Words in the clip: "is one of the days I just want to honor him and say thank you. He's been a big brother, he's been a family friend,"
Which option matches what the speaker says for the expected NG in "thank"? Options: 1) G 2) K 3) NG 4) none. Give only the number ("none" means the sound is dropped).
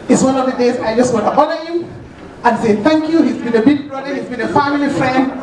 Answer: 3